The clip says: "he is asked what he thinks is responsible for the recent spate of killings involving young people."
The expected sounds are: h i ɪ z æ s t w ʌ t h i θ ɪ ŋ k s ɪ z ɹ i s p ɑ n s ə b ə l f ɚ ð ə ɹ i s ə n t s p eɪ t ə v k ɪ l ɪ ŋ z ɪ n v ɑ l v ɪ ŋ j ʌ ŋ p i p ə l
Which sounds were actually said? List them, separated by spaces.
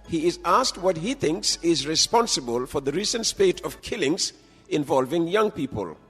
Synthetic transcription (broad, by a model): h i ɪ z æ s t w ʌ t h i θ ɪ ŋ k s ɪ z ɹ i s p ɑ n s ə b ə l f ɚ ð ə ɹ i s ə n t s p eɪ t ə v k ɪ l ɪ ŋ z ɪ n v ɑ l v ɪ ŋ j ʌ ŋ p i p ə l